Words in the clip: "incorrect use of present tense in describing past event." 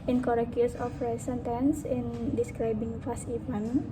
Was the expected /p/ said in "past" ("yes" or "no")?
no